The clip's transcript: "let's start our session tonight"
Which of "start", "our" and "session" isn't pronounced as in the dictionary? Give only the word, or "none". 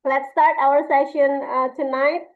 none